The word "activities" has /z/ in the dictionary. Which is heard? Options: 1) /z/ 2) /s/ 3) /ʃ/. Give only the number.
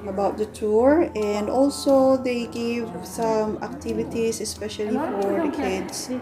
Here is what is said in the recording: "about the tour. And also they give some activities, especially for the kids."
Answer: 2